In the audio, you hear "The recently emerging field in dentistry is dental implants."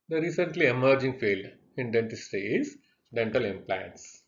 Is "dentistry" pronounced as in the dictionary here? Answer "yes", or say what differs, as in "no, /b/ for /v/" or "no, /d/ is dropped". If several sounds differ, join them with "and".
no, /ɹ/ is dropped